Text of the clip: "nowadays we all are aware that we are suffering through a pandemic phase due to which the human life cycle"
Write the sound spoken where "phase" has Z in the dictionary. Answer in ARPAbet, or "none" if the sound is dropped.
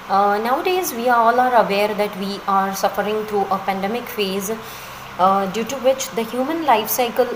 Z